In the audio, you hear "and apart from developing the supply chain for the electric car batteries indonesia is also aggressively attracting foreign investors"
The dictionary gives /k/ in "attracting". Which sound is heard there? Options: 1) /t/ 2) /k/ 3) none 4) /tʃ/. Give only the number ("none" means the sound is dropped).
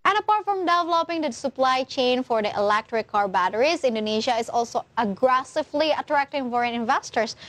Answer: 2